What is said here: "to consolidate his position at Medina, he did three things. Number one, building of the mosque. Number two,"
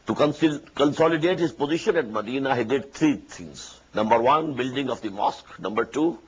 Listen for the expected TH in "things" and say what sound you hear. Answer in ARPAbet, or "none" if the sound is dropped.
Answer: T